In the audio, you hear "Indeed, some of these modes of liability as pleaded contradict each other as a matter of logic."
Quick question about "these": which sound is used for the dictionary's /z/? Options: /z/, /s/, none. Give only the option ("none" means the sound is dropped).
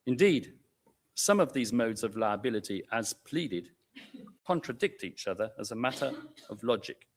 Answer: /z/